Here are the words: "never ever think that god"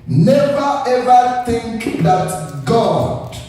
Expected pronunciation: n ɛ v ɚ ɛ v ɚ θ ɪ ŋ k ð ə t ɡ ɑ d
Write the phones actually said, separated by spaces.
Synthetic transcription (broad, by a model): n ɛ v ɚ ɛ v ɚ θ ɪ ŋ k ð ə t ɡ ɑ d